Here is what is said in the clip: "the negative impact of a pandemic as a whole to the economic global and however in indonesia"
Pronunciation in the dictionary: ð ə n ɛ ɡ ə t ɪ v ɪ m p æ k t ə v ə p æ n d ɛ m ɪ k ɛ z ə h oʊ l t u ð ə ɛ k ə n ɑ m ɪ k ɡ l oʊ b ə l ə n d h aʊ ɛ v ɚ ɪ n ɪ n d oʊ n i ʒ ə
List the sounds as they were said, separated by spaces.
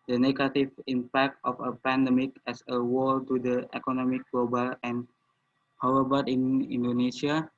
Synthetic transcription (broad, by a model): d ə n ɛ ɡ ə t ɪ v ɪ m p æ k t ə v ə p æ n d ɛ m ɪ k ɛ s ə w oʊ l t u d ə ɛ k ə n ɑ m ɪ k ɡ l oʊ b ə l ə n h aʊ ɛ b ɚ ɪ n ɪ n d oʊ n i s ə